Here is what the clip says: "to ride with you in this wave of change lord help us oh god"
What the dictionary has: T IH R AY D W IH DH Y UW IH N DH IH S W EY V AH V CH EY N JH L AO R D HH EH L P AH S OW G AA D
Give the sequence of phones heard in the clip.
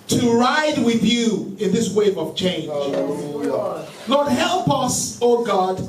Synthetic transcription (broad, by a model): T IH R AY D W IH DH Y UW IH N DH IH S W EY V AH V CH EY N JH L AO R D HH EH L P AH S OW G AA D